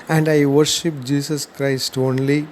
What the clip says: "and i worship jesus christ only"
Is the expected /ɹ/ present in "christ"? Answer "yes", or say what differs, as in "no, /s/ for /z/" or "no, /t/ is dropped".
yes